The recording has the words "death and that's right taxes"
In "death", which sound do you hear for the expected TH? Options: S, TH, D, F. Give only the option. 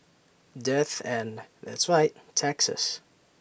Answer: TH